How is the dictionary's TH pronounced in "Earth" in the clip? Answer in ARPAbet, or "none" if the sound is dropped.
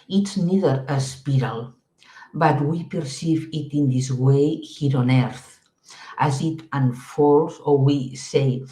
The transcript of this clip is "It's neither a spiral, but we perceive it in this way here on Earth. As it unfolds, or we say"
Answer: TH